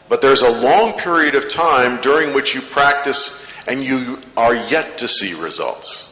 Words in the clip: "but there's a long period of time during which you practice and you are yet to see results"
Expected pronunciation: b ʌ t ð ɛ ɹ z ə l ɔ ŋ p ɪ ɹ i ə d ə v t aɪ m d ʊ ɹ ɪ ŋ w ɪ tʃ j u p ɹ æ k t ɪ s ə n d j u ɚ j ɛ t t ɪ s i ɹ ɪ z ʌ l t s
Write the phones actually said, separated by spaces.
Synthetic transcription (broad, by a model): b ʌ t ð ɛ ɹ z ə l ɔ ŋ p ɪ ɹ i ə d ə v t aɪ m d ʊ ɹ ɪ ŋ w ɪ tʃ j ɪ p ɹ æ k t ɪ s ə n j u ɚ j ɛ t t ɪ s i ɹ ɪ z ʌ l t s